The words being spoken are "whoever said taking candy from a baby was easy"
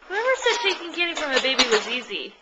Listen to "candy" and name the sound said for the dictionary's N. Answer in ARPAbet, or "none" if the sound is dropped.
none